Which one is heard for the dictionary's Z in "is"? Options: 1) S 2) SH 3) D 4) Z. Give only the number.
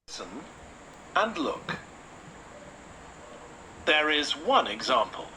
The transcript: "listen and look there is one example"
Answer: 4